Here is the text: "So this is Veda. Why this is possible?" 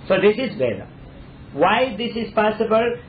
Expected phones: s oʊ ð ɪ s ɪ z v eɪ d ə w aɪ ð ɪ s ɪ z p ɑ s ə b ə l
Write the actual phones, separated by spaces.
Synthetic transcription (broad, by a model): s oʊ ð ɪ s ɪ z b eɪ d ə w aɪ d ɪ s ɪ z p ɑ s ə b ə l